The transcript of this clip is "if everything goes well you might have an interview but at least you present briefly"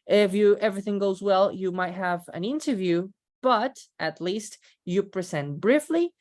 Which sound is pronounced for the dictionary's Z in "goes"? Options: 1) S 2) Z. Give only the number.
2